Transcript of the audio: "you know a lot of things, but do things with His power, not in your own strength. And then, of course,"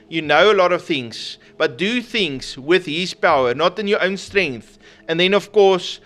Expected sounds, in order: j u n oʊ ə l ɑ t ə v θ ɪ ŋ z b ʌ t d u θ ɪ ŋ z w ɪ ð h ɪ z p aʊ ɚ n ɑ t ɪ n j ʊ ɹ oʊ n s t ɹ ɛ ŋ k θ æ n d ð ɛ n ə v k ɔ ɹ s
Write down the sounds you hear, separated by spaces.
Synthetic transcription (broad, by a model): j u n oʊ ə l ɑ t ə v θ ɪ ŋ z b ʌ t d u θ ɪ ŋ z w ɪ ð h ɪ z p aʊ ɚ n ɑ t ɪ n j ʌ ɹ oʊ n s t ɹ ɛ ŋ k θ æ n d ð ɛ n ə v k ɔ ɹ s